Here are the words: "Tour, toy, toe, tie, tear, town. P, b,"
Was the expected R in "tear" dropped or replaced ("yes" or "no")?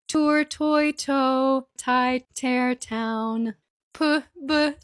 no